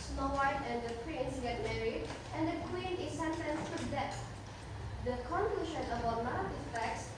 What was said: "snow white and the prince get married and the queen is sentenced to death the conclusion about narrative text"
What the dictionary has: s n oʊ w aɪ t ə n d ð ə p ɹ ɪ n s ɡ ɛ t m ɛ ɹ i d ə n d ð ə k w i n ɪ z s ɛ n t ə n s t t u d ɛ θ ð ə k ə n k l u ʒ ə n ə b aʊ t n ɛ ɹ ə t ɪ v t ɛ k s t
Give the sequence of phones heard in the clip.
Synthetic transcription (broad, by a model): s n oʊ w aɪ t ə n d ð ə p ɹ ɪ n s ɡ ɛ t m ɛ ɹ i d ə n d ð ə k w i n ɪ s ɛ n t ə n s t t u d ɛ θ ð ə k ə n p l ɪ ʃ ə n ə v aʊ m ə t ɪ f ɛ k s